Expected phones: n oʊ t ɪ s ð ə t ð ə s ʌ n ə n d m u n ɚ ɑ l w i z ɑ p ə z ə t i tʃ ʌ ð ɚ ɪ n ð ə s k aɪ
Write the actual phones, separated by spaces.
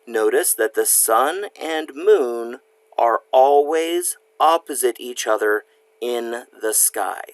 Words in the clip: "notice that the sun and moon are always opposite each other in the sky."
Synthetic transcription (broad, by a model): n oʊ t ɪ s ð ə t ð ə s ʌ n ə n m u n ɚ ɑ l w i z ɑ p ə z ə t i tʃ ʌ ð ɚ ɪ n ð ə s k aɪ